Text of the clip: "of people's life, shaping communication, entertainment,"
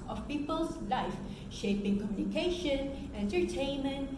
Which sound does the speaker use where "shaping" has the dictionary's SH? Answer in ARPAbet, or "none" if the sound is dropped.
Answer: SH